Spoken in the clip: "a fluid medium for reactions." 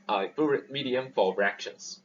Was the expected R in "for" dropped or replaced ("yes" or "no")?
yes